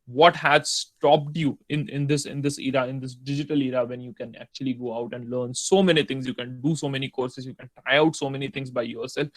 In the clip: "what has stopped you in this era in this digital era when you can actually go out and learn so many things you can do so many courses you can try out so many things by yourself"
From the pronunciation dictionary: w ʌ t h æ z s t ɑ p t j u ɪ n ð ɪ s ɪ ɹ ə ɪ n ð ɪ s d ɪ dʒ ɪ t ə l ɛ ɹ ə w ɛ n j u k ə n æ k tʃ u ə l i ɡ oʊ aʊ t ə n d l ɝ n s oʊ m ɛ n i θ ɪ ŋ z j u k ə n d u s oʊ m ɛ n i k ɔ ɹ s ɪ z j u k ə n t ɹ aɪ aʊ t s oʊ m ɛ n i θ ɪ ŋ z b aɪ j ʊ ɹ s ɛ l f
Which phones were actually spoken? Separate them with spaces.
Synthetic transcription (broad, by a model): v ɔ t h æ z s t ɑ p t j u ɪ n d ɪ s ɪ ɹ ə ɪ n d ɪ s d ɪ dʒ ɪ t ə l ɛ ɹ ə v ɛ n j u k ə n æ k tʃ u ə l i ɡ oʊ aʊ t ə n d l ɝ n s oʊ m ɛ n i t ɪ ŋ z j u k ə n d u s oʊ m ɛ n i k ɔ ɹ s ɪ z j u k ə n t aɪ aʊ t s oʊ m ɛ n i t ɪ ŋ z b aɪ j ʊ ɹ s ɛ l f